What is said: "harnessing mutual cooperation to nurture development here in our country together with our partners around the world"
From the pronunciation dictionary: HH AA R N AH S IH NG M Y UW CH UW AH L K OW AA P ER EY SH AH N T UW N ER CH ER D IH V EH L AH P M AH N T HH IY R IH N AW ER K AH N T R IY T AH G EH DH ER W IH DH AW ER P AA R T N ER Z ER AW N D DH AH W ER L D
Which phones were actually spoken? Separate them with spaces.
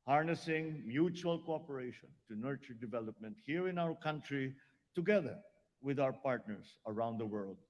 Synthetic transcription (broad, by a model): HH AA R N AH S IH NG M Y UW CH UW AH L K OW AA P ER EY SH AH N T UW N ER CH ER D IH V EH L AH P M AH N T HH IY R IH N AW ER K AH N T R IY T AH G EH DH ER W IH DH AW ER P AA R T N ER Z ER AW N D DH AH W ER L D